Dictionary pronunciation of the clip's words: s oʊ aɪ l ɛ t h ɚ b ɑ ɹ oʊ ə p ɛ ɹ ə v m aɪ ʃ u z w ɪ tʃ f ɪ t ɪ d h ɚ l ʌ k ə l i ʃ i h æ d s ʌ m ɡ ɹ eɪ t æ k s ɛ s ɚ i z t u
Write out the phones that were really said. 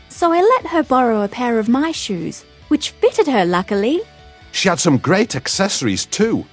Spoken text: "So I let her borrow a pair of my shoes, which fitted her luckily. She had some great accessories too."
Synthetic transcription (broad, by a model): s oʊ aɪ l ɛ t h ɚ b ɑ ɹ oʊ ə p ɛ ɹ ə v m aɪ ʃ u z w ɪ tʃ f ɪ t ɪ d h ɚ l ʌ k ə l i ʃ i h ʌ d s ʌ m ɡ ɹ eɪ t æ k s ɛ s ɚ i z t u